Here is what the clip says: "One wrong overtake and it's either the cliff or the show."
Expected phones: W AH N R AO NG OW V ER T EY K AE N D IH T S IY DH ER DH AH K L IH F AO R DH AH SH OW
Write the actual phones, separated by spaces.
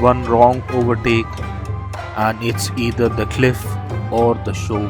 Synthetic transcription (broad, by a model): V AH N R AO NG OW V ER T EY K AE N D IH T S IY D ER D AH K L IH F AO R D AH SH OW